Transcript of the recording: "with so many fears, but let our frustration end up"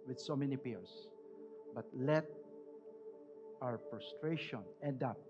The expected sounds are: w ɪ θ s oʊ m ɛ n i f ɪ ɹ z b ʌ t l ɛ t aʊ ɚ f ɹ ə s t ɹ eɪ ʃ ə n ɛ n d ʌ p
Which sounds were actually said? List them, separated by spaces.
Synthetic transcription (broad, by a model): w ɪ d s oʊ m ɛ n i p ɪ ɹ s b ʌ t l ɛ t aʊ ɚ p ɹ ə s t ɹ eɪ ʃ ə n ɛ n d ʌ p